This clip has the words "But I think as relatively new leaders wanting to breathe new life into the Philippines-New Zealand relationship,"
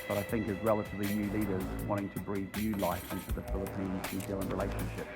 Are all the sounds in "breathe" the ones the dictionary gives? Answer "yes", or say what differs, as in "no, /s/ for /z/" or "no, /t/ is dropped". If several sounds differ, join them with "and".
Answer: yes